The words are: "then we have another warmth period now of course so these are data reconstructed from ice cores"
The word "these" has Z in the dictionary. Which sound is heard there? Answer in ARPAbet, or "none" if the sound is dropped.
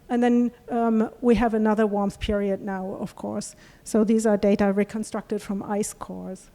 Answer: Z